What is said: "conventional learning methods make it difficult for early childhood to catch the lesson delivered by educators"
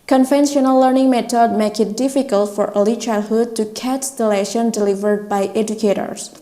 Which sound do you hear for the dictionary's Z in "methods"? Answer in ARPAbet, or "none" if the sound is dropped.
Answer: none